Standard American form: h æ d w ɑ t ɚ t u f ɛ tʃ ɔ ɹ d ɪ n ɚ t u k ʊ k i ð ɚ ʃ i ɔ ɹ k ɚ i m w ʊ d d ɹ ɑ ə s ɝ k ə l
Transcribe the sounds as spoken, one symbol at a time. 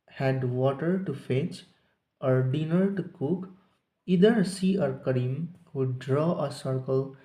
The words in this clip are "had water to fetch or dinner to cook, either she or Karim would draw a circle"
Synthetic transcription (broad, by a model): h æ d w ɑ t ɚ t u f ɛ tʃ ɔ ɹ d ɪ n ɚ t u k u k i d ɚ s i ɔ ɹ k ɚ i m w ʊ d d ɹ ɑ ə s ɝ k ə l